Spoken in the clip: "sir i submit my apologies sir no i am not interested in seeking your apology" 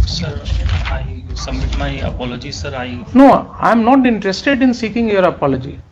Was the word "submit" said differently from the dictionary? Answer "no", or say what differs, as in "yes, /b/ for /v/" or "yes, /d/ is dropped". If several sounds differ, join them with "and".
yes, /b/ is dropped